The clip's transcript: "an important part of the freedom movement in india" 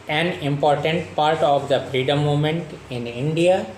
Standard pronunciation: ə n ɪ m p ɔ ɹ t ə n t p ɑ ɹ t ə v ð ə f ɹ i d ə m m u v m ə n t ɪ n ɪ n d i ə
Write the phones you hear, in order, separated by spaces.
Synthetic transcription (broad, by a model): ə n ɪ m p ɔ ɹ t ə n t p ɑ ɹ t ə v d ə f ɹ i d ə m m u m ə n t ɪ n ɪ n d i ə